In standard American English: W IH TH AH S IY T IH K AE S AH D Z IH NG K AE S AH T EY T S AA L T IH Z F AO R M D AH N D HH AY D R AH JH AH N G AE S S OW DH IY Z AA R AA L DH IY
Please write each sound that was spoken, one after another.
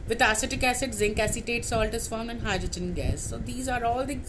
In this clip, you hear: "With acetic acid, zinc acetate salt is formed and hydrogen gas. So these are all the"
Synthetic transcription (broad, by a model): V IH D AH S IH T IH K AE S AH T Z IH NG K AE S AH T EY T S AA L T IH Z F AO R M AH N D HH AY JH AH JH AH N G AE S S OW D IY Z AA R AA L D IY